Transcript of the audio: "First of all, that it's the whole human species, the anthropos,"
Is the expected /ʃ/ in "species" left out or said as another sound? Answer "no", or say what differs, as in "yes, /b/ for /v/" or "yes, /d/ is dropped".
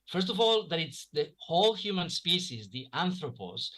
yes, /s/ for /ʃ/